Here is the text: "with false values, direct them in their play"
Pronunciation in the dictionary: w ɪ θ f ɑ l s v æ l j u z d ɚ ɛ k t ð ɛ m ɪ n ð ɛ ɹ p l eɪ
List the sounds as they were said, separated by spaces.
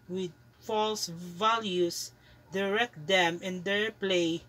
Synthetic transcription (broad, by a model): w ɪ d f ɑ l s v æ l j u s d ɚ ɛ k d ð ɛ m ɪ n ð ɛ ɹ p l eɪ